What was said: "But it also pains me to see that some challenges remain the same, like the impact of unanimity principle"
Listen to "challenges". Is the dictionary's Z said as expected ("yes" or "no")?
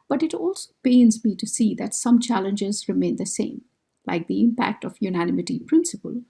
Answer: yes